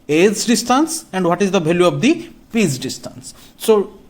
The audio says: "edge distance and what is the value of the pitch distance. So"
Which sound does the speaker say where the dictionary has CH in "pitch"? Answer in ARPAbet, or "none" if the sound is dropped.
S